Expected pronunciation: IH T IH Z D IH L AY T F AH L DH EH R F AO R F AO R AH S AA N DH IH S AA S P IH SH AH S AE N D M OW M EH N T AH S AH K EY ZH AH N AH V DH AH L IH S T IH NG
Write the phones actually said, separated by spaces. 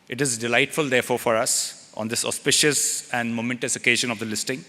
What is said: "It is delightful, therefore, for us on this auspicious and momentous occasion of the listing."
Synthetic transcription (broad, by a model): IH T IH Z D IH L AY T F AH L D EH R F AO R F AO R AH S AA N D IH S AA S P IH SH AH S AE N D M OW M EH N T AH S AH K EY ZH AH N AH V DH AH L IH S T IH NG